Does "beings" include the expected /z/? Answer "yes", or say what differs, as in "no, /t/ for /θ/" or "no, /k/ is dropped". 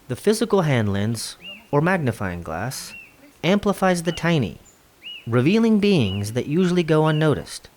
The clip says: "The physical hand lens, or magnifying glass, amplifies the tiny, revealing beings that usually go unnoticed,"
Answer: yes